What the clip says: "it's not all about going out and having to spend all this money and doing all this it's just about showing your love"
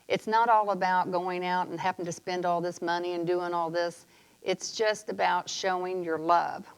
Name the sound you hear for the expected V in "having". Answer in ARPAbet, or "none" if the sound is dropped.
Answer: P